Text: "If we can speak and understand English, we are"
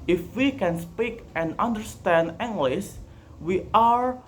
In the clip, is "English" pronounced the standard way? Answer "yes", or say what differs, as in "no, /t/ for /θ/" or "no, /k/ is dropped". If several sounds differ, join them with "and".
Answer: no, /s/ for /ʃ/